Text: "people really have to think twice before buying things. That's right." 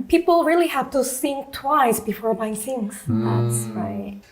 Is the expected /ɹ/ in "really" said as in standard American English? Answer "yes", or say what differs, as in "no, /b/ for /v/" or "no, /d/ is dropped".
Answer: yes